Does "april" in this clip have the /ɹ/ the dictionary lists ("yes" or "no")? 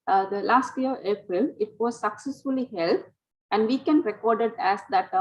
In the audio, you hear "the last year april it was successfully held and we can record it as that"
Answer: yes